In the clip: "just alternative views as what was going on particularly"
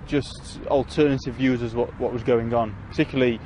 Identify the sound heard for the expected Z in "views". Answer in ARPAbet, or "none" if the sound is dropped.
Z